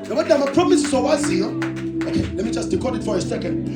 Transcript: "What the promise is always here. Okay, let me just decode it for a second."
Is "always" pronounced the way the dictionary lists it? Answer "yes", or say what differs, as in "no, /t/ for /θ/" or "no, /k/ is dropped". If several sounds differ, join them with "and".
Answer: no, /l/ is dropped